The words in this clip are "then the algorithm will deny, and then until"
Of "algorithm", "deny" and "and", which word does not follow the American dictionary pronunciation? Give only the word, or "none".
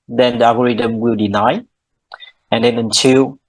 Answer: algorithm